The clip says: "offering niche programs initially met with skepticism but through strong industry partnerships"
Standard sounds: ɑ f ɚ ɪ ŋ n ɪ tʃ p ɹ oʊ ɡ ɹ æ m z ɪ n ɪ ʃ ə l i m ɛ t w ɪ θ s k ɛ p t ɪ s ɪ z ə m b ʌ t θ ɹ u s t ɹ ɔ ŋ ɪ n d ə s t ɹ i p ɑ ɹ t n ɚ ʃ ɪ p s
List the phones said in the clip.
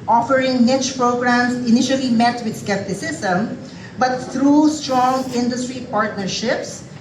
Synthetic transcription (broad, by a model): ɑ f ɚ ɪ ŋ n ɪ tʃ p ɹ oʊ ɡ ɹ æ m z ɪ n ɪ ʃ ə l i m ɛ t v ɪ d s k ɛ p t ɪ s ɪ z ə m b ʌ t t ɹ u s t ɹ ɔ ŋ ɪ n d ə s t ɹ i p ɑ ɹ t n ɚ ʃ ɪ p s